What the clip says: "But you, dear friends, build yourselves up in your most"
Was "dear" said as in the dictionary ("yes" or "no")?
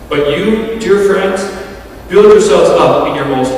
yes